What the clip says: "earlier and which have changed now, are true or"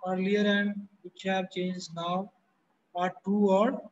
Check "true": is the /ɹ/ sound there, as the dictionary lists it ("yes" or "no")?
no